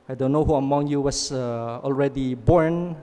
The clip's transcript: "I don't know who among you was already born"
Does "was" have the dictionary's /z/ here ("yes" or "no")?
no